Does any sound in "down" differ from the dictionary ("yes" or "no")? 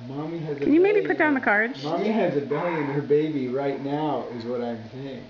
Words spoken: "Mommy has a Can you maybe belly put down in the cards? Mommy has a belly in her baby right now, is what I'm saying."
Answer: yes